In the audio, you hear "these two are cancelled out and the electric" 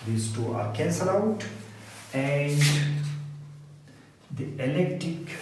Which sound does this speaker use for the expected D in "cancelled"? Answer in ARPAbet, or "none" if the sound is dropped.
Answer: none